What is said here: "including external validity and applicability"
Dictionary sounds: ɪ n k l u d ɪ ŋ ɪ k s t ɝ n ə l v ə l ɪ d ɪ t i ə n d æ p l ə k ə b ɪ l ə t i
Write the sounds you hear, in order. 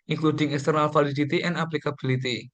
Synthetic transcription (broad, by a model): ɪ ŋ k l u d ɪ ŋ ɪ k s t ɝ n ə l f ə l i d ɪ t i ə n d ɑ p l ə k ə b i l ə t i